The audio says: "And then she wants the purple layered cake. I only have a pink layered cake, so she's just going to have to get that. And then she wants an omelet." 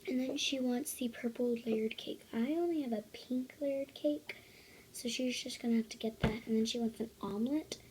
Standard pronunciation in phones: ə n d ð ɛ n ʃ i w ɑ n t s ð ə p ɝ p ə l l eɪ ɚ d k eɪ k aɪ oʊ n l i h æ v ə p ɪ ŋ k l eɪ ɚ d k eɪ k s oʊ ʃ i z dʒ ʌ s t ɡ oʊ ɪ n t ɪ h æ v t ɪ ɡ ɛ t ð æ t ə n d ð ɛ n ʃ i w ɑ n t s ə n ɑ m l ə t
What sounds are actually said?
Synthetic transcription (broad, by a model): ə n ð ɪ n ʃ i w ɑ n t s ð ə p ɝ p l l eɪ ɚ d k eɪ k aɪ oʊ n l i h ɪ v ə p ɪ ŋ k l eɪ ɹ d k eɪ k s oʊ ʃ i z dʒ ʌ s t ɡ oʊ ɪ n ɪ h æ f t ɪ ɡ ɛ t ð æ t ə n ð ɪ n ʃ i w ɑ n t s ə n ɑ m l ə t